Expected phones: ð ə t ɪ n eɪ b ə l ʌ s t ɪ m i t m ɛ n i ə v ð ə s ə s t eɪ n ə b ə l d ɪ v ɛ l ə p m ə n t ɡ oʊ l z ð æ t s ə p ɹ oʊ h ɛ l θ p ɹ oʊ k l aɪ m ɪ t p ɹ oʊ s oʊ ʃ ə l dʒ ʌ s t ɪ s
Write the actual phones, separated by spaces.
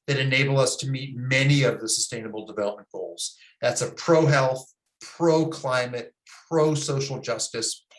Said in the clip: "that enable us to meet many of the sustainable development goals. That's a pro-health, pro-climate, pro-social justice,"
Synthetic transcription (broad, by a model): ð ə t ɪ n eɪ b l ʌ s t ɪ m i t m ɛ n i ə v ð ə s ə s t eɪ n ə b l d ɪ v ɛ l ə p m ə n ɡ oʊ l z ð æ t s ə p ɹ oʊ h ɛ l θ p ɹ oʊ k l aɪ m ɪ t p ɹ oʊ s oʊ ʃ l dʒ ʌ s t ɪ s